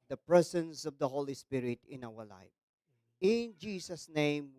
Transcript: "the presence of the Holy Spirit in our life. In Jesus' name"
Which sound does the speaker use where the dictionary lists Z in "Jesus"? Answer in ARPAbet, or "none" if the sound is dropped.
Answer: S